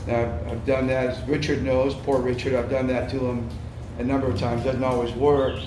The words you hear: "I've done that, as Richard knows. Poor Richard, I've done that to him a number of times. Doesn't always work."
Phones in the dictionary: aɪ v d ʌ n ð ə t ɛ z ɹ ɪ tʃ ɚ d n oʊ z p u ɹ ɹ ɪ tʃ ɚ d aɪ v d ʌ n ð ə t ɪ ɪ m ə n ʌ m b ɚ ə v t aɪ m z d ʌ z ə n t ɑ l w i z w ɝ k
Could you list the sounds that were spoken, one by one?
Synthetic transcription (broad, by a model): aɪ v d ʌ n ð ə t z ɹ ɪ tʃ ɚ d n oʊ z p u ɹ ɹ ɪ tʃ ɚ d aɪ v d ʌ n ð ə t ɪ ɪ m ə n ʌ m b ɚ ə v t aɪ m z d ʌ z n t ɑ l w i z w ɝ k